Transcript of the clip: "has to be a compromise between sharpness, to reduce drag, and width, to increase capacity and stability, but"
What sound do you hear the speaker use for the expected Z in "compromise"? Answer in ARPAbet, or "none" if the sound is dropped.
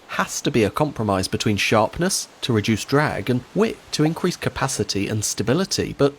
Z